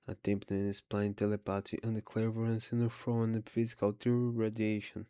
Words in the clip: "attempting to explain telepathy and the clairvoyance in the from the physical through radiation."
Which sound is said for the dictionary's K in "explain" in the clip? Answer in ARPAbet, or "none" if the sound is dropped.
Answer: none